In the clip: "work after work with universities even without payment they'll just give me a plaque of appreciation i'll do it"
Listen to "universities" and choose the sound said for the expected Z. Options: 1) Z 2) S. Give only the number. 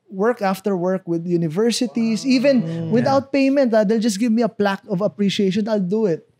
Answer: 2